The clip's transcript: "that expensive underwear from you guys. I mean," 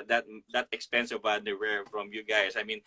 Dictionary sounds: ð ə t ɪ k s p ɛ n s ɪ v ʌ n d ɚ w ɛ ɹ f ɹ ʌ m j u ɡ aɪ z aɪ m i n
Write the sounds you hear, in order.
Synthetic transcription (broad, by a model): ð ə t ɪ k s p ɛ n s ɪ v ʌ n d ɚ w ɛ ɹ f ɹ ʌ m j u ɡ aɪ s aɪ m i n